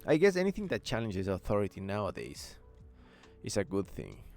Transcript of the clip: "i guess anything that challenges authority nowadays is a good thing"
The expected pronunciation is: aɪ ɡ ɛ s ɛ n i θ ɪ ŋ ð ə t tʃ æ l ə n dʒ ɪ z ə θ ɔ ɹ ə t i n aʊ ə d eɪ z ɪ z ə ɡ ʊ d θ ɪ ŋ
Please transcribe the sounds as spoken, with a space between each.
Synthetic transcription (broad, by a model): aɪ ɡ ɛ s ɛ n i θ ɪ ŋ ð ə t tʃ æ l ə n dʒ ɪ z ə θ ɔ ɹ ə t i n aʊ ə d eɪ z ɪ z ə ɡ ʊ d θ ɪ ŋ